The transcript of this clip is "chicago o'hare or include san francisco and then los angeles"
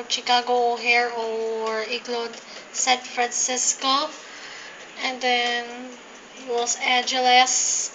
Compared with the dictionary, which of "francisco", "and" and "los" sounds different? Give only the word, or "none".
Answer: los